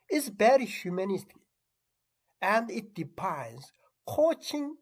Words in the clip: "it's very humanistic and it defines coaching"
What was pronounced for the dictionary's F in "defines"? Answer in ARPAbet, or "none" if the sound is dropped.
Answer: P